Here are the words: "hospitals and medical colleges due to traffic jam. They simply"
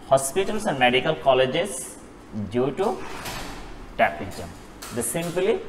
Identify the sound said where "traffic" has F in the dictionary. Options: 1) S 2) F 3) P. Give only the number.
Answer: 3